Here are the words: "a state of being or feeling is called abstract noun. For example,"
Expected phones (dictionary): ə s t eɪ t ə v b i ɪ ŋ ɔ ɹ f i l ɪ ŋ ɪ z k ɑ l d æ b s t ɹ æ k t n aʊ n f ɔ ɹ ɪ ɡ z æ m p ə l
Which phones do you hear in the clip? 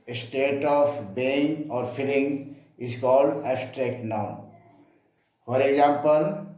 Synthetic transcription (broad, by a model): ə s t eɪ t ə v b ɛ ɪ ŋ ɔ ɹ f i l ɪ ŋ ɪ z k ɑ l d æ s t ɹ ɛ k t n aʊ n f ɔ ɹ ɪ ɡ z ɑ m p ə l